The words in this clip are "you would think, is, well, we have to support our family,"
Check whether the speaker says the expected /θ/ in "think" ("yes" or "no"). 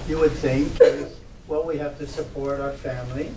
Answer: yes